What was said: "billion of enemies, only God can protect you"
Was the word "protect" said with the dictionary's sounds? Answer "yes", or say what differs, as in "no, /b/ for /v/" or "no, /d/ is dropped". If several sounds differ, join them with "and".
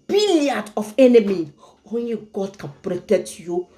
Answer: no, /k/ is dropped